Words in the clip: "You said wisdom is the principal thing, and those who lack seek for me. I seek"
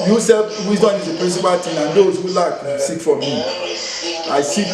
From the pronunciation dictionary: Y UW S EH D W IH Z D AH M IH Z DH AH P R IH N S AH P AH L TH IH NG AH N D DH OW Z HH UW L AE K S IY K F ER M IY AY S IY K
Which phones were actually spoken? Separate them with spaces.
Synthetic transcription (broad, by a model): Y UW S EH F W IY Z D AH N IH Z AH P R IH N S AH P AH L T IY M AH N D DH OW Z HH UW L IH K S IY K F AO M IY AY S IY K